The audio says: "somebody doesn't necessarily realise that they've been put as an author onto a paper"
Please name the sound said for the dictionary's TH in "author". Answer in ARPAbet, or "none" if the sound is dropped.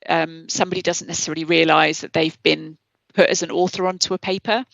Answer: TH